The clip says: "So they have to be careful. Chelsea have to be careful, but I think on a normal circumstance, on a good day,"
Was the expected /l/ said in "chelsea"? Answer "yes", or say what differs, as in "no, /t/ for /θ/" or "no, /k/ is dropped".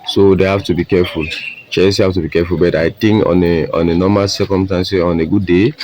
no, /l/ is dropped